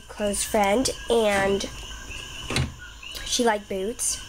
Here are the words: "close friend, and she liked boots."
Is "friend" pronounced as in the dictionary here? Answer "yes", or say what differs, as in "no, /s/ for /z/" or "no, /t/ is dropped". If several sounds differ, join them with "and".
yes